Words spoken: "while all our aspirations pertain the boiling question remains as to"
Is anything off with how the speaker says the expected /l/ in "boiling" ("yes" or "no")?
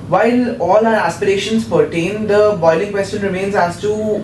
no